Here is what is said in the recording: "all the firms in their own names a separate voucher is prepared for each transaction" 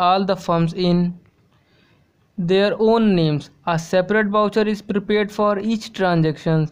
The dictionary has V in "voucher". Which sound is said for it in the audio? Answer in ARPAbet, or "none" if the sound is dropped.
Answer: B